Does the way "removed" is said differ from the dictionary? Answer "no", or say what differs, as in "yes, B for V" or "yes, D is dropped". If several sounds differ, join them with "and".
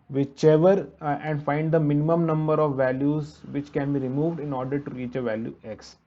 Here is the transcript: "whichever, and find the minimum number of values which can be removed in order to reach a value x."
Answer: no